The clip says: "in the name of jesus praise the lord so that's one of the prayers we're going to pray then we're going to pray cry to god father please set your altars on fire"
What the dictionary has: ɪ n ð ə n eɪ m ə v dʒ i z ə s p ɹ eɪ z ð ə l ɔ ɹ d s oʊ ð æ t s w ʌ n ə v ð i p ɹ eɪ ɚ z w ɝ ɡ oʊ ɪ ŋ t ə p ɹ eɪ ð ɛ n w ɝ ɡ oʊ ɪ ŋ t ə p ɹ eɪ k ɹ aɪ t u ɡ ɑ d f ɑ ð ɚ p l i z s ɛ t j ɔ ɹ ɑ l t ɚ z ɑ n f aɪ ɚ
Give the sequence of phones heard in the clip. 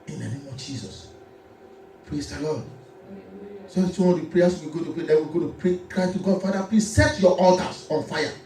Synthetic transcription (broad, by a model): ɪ n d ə n eɪ m ə v dʒ i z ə s p ɹ eɪ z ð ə l ɔ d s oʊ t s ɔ ə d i p ɹ eɪ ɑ s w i ɡ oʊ t ə p ɹ eɪ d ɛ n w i ɡ oʊ t ə p ɹ eɪ k ɹ aɪ t u ɡ ɑ d f ɑ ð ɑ p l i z s ɛ t j ɔ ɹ ɑ l t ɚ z ɑ n f aɪ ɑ